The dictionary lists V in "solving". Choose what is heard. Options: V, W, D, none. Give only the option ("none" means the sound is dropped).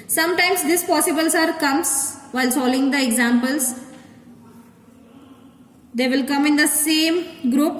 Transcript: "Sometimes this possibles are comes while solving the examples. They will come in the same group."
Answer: none